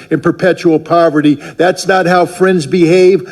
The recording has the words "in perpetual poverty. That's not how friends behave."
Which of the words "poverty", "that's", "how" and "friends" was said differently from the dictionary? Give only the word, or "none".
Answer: none